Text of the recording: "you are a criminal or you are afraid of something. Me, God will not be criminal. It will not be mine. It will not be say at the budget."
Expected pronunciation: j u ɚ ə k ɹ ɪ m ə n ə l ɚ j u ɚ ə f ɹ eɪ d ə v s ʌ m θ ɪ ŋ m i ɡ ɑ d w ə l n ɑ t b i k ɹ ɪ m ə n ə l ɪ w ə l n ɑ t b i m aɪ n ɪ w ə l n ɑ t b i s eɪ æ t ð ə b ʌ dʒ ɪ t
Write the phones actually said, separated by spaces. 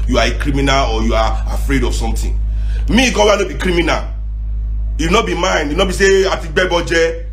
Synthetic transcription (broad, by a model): j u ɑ ə k ɹ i m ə n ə l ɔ j u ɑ ə f ɹ eɪ d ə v s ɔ m t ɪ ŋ m i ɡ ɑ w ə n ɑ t b i k ɹ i m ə n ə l ɪ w n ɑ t b i m aɪ n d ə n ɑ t b i s eɪ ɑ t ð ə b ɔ dʒ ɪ